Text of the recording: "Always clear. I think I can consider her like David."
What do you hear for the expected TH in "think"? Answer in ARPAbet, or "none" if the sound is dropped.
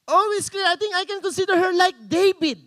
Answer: T